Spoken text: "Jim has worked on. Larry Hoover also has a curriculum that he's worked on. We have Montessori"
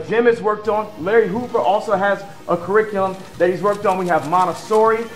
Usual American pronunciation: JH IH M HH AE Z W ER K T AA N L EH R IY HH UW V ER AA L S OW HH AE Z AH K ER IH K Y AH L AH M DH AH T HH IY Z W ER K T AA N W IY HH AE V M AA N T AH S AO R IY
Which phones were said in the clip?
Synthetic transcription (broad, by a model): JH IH M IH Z W ER K T N L EH R IY HH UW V ER AA L S OW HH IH Z AH K ER IH K Y L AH M DH AH T HH IY Z W ER K T N W IY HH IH V M AA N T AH S AO R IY